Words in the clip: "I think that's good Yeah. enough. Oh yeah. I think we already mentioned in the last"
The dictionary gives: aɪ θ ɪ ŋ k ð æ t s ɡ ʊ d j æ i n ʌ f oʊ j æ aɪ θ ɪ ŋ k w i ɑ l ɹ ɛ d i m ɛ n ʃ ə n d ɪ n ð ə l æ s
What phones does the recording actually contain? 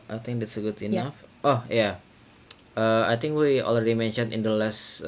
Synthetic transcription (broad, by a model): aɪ t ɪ ŋ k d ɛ t s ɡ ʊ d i n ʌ f oʊ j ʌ aɪ t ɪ ŋ k w i ɑ l ɹ ɛ d i m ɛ n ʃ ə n ɪ n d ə l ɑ s